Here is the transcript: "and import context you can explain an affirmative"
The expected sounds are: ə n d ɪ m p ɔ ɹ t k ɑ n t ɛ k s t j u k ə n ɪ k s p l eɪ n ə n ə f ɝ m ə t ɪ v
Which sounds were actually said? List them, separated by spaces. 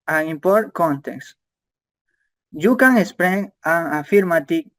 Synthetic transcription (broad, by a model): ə ɪ m p ɔ ɹ t k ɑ n t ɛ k s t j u k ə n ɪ s p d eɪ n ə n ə f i m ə t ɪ